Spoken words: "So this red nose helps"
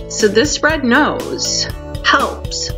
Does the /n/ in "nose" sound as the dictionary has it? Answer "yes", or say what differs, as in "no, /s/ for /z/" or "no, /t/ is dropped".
yes